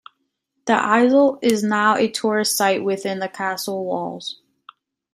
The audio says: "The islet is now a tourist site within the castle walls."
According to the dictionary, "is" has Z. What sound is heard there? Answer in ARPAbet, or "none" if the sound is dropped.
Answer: Z